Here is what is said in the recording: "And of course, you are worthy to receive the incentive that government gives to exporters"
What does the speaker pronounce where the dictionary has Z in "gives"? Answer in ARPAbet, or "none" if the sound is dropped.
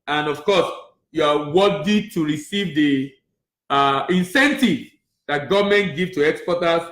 none